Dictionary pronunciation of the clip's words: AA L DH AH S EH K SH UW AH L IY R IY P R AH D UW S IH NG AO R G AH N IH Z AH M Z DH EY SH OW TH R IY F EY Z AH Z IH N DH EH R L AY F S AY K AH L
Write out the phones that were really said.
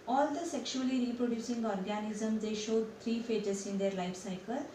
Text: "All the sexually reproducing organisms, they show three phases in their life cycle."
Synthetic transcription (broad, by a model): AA L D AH S EH K SH UW AH L IY R IY P R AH D UW S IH NG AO R G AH N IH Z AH M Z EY SH OW T R IY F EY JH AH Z IH N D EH R L AY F S AY K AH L